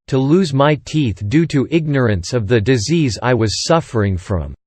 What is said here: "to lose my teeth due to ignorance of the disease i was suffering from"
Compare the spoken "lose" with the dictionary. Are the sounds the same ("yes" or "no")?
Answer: yes